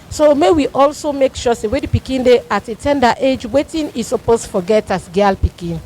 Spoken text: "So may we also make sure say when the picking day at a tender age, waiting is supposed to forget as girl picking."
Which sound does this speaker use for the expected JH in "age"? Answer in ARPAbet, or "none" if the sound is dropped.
JH